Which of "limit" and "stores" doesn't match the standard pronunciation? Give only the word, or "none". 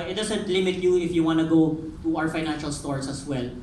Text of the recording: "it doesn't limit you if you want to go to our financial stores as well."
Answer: stores